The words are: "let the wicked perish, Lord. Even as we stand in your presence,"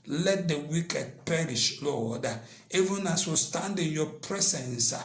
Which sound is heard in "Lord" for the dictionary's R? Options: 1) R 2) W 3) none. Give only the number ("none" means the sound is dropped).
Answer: 2